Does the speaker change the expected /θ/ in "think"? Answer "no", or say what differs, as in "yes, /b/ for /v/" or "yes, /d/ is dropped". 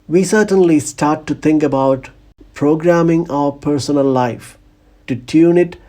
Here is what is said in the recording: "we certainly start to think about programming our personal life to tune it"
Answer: yes, /t/ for /θ/